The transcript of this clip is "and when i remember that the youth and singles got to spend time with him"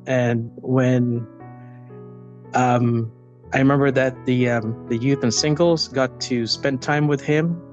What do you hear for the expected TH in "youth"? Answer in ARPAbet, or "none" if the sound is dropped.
TH